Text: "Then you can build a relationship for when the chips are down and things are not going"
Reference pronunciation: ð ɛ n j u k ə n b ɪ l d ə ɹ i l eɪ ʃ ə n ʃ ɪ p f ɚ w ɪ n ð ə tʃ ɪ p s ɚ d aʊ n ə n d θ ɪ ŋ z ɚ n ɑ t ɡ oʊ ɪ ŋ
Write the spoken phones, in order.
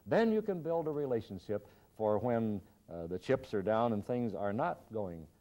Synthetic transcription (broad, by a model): ð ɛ n j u k ə n b ɪ l d ə ɹ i l eɪ ʃ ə n ʃ ɪ p f ɚ w ɪ n ð ə tʃ ɪ p s ɚ d aʊ n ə n θ ɪ ŋ z ɚ n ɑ t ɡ oʊ ɪ ŋ